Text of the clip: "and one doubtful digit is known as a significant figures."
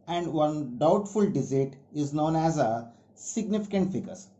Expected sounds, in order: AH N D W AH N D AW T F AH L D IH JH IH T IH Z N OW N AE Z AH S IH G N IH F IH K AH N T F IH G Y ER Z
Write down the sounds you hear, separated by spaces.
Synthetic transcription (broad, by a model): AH N D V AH N D AW T F AH L D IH Z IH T IH Z N OW N AE Z AH S IH G N IH F IH K AH N T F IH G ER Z